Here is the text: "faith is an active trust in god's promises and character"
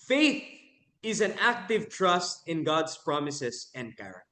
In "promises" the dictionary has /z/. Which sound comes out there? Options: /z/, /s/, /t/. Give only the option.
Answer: /s/